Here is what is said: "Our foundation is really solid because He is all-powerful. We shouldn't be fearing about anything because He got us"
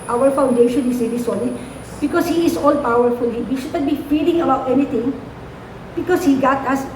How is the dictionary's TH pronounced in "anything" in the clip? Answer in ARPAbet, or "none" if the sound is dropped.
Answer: T